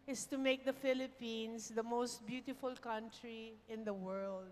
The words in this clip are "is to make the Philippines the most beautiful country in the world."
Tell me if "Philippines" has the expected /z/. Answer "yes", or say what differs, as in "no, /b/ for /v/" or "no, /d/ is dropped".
no, /s/ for /z/